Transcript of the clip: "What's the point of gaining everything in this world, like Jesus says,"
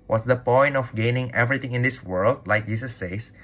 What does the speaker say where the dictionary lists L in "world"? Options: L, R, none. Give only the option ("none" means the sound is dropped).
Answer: L